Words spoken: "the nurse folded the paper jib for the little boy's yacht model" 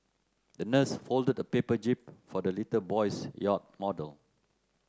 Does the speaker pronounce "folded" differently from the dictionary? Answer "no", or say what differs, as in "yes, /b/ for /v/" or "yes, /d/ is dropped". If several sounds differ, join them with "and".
no